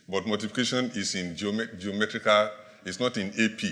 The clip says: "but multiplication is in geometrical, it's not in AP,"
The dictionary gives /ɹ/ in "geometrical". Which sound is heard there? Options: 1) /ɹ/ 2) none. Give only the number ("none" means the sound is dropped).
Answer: 1